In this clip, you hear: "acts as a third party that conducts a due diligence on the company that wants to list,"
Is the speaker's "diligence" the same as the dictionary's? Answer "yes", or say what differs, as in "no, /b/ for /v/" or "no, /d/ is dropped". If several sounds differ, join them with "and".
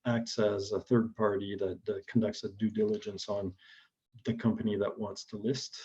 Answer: yes